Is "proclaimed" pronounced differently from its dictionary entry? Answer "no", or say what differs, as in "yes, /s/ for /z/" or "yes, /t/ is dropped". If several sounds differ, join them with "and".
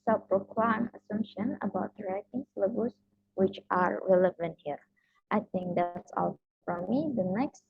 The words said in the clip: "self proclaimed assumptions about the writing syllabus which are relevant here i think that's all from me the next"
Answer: yes, /d/ is dropped